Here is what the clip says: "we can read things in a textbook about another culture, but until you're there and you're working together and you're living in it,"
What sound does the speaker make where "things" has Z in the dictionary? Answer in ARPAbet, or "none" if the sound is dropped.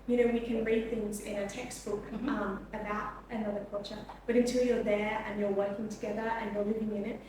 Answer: Z